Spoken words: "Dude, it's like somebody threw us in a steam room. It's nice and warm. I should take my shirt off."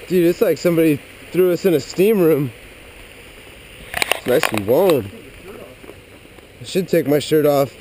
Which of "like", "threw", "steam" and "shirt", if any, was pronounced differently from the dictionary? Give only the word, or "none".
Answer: none